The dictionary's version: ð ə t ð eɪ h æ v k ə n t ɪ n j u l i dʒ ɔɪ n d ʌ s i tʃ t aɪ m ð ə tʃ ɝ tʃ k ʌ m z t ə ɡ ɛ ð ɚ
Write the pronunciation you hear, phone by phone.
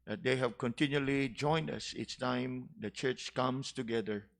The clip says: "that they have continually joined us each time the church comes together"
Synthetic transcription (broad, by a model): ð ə t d eɪ h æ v k ə n t ɪ n j u l i dʒ ɔɪ n d ʌ s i s t aɪ m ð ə tʃ ɝ tʃ k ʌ m s t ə ɡ ɛ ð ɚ